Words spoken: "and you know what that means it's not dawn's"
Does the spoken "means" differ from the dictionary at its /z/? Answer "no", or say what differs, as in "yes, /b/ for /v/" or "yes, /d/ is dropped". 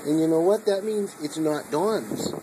no